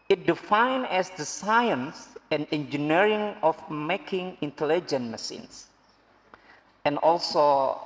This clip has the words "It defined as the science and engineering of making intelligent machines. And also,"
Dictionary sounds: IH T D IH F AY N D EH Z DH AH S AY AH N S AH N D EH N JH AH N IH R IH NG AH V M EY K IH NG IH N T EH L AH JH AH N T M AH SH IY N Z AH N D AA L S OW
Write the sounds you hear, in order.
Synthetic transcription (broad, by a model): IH T D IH F AY N EH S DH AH S AY AH N S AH N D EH N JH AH N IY R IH NG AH F M EY K IH NG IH N T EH L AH JH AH N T M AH S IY N S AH N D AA L S OW